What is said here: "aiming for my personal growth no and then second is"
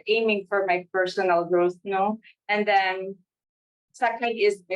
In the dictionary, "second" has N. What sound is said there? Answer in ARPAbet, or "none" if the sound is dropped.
none